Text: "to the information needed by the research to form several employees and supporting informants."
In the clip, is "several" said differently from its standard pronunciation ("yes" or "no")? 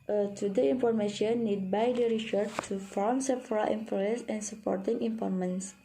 yes